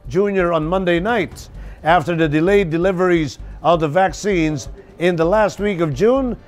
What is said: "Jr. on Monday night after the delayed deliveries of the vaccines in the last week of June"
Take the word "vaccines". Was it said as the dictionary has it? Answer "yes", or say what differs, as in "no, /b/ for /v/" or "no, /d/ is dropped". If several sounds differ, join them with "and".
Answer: yes